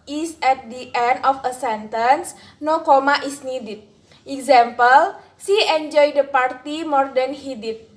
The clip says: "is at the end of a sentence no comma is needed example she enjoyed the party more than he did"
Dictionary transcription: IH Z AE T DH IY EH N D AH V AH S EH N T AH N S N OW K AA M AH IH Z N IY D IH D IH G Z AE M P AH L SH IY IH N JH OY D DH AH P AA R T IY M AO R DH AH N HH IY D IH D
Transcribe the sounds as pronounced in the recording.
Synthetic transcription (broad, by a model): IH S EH T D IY EH N D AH F AH S EH N T AH N S N OW K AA M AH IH S N IY D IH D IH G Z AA M P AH L S IY IH N JH OY D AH P AA R T IY M AO R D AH N HH IY D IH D